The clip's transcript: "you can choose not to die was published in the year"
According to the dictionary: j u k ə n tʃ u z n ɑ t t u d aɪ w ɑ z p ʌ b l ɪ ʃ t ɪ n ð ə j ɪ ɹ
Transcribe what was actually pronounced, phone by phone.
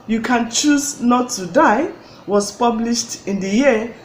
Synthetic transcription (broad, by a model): j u k ə n tʃ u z n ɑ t t u d aɪ w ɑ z p ʌ b l ɪ ʃ t ɪ n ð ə j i